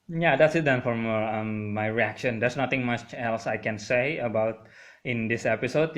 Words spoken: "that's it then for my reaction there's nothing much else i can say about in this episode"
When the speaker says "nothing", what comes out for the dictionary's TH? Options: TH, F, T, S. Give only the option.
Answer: T